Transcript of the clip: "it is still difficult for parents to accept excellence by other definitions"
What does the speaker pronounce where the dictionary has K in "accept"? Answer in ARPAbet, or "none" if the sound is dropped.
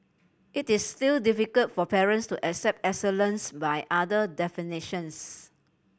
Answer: K